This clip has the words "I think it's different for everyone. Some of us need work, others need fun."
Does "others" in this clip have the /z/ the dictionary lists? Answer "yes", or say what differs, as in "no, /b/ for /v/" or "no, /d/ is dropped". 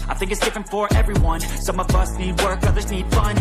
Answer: yes